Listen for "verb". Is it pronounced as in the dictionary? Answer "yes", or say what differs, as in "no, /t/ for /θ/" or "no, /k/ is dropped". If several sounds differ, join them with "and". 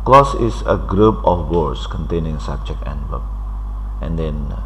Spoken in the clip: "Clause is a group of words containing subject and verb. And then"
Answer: no, /w/ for /v/